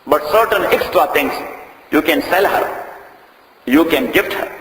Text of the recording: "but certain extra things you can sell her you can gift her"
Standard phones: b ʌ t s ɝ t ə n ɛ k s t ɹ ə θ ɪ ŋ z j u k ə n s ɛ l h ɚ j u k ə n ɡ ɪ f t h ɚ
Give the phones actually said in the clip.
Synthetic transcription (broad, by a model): b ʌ t s ɝ t ə n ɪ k s t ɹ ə t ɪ ŋ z j u k ə n s ɛ l h ɚ j u k ə n ɡ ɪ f t h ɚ